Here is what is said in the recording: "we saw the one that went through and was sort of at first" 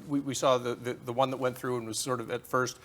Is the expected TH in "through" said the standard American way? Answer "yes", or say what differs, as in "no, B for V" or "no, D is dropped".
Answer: yes